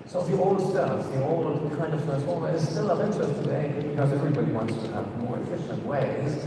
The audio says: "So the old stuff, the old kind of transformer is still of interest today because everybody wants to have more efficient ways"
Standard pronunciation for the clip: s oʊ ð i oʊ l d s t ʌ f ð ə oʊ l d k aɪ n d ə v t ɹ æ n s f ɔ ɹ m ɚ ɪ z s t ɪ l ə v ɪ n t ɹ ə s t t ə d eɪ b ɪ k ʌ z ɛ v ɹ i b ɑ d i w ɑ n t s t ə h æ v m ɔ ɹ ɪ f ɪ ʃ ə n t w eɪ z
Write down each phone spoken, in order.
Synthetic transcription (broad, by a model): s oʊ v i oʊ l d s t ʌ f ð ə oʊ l k aɪ n d ə v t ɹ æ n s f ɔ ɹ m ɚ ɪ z s t ɪ l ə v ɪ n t ə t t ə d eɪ b ɪ k ʌ z ɛ v ɹ i b ɑ d i w ɑ n t s t ə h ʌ v m ɔ ɹ ɪ f ɪ ʃ ə n t w eɪ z